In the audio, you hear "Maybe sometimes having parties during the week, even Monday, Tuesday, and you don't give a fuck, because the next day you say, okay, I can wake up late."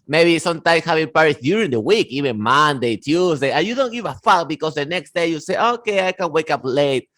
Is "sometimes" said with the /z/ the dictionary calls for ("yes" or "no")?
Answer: no